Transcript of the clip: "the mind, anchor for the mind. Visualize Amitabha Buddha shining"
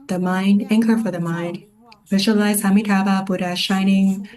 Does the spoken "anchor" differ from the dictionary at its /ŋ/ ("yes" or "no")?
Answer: no